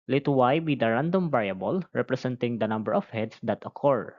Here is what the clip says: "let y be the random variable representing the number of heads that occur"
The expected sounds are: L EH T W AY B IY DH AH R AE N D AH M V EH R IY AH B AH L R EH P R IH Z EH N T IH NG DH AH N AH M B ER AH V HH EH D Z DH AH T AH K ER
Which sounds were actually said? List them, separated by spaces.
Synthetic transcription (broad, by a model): L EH T W AY B IY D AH R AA N D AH M B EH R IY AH B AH L R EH P R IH S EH N T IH NG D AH N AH M B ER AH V HH EH D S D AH T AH K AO